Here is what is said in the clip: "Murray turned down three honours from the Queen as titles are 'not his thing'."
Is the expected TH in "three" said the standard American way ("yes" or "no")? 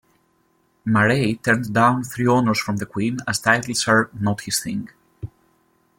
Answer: yes